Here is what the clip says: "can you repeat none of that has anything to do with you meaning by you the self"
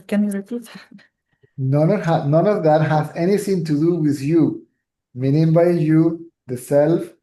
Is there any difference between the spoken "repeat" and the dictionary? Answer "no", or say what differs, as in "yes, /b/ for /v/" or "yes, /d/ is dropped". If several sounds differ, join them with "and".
yes, /p/ is dropped